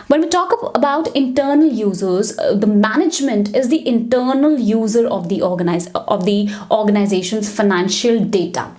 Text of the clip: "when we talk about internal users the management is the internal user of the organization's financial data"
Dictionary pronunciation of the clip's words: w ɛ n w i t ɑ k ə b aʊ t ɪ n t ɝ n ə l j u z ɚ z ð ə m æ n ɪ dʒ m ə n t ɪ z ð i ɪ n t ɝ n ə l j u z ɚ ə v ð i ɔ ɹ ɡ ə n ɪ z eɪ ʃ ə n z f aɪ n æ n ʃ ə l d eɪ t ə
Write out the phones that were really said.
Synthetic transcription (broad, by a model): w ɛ n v i t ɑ k ə b aʊ t ɪ n t ɝ n ə l j u z ɚ z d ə m æ n ɪ dʒ m ə n t ɪ z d i ɪ n t ɝ n ə l j u z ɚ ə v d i ɔ ɹ ɡ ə n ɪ z eɪ ʃ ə n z f aɪ n æ n ʃ ə l d eɪ t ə